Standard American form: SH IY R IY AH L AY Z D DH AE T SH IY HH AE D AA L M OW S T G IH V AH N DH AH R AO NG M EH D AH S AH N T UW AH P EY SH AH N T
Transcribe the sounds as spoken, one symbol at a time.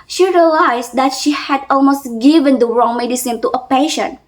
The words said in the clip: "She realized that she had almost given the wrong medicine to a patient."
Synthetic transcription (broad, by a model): SH IY R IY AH L AY S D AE T SH IY HH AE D AA L M OW S T G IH V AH N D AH R AO NG M EH D AH S AH N T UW AH P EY SH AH N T